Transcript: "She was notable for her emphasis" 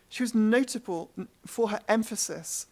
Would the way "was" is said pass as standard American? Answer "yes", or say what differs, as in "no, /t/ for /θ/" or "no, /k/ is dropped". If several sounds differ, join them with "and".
yes